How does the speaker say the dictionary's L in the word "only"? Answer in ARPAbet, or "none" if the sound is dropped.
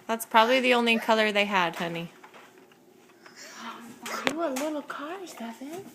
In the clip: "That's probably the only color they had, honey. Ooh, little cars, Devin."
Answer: L